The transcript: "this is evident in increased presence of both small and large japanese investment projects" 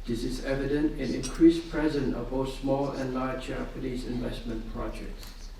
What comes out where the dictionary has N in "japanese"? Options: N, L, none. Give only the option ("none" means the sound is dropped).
L